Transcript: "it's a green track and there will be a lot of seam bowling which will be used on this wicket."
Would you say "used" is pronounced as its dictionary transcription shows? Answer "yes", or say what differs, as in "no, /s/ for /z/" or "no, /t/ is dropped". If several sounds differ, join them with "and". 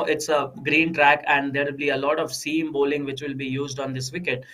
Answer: yes